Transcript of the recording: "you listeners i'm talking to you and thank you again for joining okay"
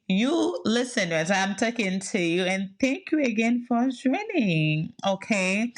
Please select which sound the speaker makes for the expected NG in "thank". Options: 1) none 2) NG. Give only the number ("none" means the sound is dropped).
2